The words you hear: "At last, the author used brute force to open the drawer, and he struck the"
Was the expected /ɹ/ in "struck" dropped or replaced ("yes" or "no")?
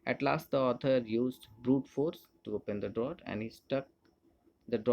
yes